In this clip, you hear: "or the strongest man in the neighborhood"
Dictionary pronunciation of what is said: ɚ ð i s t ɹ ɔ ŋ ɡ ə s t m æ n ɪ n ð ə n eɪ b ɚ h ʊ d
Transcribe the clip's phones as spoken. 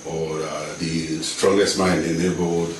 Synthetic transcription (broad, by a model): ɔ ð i s t ɹ ɔ ŋ ɡ ə s t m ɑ ɪ n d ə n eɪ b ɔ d